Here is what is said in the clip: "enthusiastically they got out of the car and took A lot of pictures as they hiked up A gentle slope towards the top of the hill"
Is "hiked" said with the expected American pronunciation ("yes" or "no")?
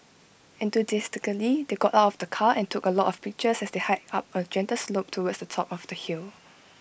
no